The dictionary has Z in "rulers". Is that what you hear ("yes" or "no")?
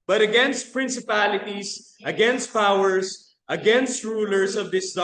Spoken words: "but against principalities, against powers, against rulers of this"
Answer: no